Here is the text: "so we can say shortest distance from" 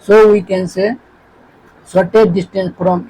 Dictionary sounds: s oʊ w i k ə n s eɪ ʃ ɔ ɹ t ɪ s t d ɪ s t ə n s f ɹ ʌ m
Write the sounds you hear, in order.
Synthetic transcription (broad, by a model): s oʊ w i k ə n s eɪ s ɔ t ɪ t d ɪ s t ə n s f ɹ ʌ m